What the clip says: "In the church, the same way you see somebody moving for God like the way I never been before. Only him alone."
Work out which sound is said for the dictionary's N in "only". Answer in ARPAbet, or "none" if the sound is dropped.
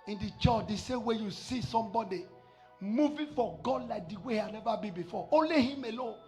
none